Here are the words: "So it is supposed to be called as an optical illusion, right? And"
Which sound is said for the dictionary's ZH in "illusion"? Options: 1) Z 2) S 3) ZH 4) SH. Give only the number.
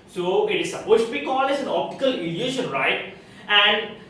4